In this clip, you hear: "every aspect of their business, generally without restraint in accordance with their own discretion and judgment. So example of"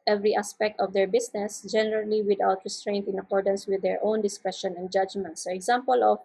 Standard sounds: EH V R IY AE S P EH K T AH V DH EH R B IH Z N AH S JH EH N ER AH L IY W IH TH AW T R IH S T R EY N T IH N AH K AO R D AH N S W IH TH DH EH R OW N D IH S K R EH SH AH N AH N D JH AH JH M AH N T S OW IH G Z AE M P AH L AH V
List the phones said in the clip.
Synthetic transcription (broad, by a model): EH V R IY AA S P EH K T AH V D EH R B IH S N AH S JH EH N ER AH L IY W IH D AW T R IH S T R EY N T IH N AH K AO R D AH N S W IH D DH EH R OW N D IH S K R EH SH AH N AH N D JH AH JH M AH N T S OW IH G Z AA M P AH L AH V